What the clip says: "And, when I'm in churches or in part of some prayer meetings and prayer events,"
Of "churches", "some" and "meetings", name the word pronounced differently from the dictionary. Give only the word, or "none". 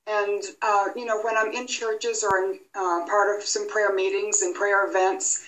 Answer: none